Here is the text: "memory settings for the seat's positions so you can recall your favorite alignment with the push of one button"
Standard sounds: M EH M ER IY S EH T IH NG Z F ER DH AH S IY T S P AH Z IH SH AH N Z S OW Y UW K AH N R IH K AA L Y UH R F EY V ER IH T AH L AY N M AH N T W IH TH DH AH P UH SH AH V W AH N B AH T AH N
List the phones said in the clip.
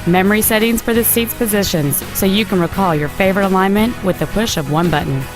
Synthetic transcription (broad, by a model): M EH M ER IY S EH T IH NG Z F ER DH AH S IY T S P AH Z IH SH AH N Z S OW Y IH K AH N R IH K AA L Y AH R F EY V ER IH T AH L AY N M AH N T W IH DH AH P UH SH AH V W AH N B AH T N